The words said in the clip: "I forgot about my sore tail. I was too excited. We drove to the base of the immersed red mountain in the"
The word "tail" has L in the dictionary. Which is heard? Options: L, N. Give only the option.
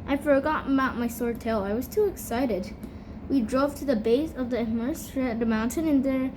L